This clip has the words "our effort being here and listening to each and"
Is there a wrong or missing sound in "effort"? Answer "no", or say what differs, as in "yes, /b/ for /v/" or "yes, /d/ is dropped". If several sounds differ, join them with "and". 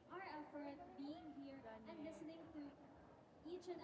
no